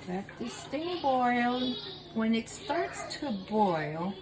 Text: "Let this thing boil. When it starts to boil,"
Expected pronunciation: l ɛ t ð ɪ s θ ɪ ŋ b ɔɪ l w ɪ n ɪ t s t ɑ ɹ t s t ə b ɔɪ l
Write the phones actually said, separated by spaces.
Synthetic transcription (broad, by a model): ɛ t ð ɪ s t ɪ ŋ b ɔɪ l w ɪ n ɪ t s t ɑ ɹ t s t ə b ɔɪ l